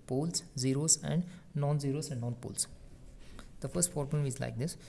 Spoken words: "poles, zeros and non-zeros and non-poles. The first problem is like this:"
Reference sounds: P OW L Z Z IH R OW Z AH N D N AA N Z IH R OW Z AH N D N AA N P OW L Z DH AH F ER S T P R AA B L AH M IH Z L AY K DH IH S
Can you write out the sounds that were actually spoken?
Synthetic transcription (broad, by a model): P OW L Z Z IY R OW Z AH N D N AA N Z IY R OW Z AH N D N AA N P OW L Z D AH F ER S T F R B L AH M IH Z L AY K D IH S